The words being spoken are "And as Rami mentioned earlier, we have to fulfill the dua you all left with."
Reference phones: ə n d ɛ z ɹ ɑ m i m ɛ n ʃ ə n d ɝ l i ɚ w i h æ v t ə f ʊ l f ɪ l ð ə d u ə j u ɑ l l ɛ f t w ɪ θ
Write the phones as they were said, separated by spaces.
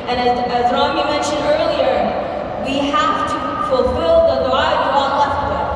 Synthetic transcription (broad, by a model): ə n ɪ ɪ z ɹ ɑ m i m ɛ n ʃ ə n d ɝ l i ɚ w i h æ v t ə f ʊ l f ɪ l ð ə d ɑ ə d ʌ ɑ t l ɛ f t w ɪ